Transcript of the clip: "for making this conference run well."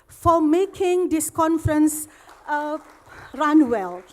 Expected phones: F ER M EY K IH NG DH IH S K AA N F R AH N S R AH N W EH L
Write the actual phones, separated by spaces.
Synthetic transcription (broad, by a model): F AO M EY K IH NG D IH S K AA N F R AH N S R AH N W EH L